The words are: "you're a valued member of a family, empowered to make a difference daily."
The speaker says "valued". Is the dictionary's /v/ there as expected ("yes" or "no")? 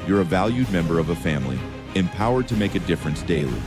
yes